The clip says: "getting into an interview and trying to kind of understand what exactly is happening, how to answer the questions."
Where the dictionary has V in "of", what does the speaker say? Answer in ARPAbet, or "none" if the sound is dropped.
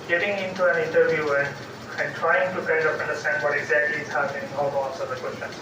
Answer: P